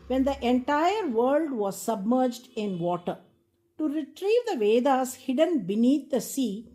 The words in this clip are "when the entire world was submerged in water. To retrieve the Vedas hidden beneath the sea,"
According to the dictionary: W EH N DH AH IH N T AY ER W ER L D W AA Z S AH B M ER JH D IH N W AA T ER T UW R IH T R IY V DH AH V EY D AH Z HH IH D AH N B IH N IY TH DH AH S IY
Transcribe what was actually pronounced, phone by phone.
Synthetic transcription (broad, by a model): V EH N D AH IH N T AY ER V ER L D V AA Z S AH B M ER JH D IH N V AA T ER T UW R IH T R IY V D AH V EY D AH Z HH IH D AH N B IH N IY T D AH S IY